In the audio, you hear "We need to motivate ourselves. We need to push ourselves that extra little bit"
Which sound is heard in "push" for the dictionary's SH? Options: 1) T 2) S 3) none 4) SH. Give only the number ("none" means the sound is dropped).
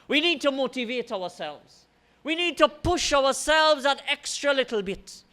4